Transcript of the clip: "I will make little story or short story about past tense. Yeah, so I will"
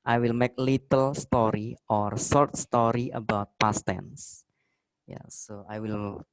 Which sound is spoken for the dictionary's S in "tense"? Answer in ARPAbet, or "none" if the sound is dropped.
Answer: S